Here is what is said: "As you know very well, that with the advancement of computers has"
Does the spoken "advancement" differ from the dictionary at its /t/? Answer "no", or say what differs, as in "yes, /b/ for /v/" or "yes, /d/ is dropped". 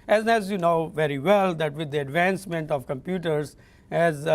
no